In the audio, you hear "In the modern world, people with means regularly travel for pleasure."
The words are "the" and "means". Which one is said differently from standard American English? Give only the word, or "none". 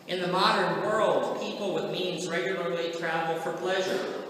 none